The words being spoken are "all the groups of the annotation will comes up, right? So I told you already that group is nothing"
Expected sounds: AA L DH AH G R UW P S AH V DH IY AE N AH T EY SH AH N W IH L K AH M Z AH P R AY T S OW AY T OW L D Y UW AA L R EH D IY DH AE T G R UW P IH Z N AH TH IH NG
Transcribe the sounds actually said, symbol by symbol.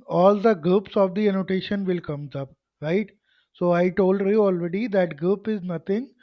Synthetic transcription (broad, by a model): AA L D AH G UW P S AH V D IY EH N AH T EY SH AH N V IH L K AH M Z AH P R AY T S OW AY T OW L D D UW AA L R EH D IY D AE T G UW P IH Z N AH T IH NG